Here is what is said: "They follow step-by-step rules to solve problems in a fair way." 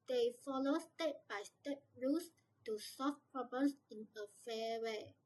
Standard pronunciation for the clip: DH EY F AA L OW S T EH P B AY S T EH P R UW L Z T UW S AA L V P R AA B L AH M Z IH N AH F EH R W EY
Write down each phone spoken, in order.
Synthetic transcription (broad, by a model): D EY F AA L OW S T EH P B AY S T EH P R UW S T UW S AA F P R AA B L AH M S IH N AH F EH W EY